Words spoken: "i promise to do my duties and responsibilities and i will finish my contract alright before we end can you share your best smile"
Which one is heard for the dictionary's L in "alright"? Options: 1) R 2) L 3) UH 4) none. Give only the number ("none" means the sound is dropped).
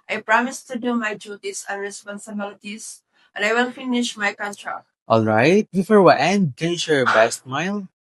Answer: 2